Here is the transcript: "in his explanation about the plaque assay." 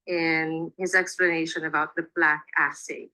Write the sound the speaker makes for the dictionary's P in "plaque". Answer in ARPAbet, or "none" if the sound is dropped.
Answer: B